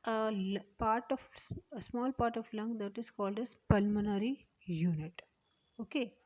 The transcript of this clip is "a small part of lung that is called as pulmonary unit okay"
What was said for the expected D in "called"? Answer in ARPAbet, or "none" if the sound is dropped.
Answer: D